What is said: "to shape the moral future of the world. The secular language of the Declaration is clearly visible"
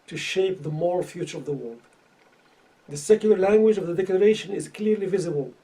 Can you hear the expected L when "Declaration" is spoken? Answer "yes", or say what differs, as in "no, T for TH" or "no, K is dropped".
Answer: yes